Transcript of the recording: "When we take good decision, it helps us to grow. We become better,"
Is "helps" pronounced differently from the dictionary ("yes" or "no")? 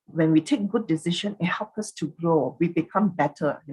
yes